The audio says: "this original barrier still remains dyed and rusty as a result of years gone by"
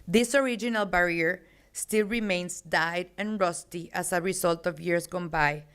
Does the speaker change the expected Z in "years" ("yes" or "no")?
yes